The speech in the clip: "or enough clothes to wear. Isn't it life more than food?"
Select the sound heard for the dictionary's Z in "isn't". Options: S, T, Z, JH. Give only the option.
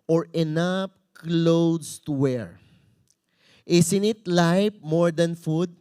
S